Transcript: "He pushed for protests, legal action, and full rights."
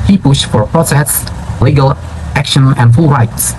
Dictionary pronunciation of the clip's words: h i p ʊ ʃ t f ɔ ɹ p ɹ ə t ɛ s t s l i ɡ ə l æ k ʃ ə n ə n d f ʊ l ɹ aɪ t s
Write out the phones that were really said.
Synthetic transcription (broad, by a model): h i p ʊ ʃ t f ɔ ɹ p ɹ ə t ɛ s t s l i ɡ ə l æ k ʃ ə n ə n d f ʊ l ɹ aɪ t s